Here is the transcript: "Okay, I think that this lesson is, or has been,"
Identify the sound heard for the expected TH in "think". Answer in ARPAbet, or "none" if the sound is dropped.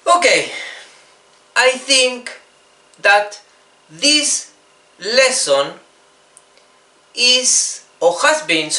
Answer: TH